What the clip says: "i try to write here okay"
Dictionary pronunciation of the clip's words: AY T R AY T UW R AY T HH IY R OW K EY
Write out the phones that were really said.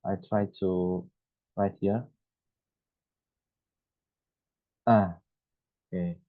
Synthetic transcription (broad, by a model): AY T R AY T UW R AY T HH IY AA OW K EY